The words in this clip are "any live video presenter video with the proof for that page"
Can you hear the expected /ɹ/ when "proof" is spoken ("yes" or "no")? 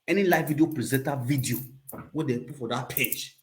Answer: no